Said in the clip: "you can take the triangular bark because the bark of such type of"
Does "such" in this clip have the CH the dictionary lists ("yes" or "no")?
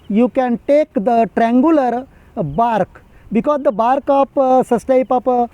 no